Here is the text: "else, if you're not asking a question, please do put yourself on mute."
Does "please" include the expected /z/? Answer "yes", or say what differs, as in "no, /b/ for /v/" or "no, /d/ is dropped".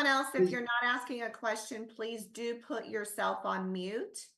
yes